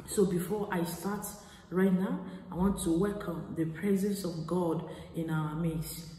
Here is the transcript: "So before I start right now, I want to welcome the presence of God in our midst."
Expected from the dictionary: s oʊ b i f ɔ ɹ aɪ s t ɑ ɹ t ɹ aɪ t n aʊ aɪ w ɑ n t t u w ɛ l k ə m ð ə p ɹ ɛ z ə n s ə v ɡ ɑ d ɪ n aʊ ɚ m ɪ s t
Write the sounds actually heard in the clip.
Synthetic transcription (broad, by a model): s oʊ b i f ɔ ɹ aɪ s t ɑ t ɹ aɪ t n aʊ aɪ w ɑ n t t u w ɛ l k ə m ð ə p ɹ ɛ z ə n s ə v ɡ ɑ d ɪ n aʊ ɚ m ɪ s